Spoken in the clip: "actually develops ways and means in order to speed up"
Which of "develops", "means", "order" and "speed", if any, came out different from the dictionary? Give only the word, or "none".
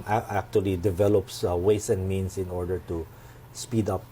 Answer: means